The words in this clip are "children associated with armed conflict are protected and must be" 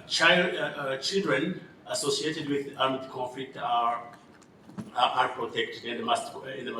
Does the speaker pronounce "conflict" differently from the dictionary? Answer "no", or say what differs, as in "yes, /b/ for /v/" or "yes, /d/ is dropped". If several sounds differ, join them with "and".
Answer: yes, /n/ is dropped and /l/ is dropped and /k/ is dropped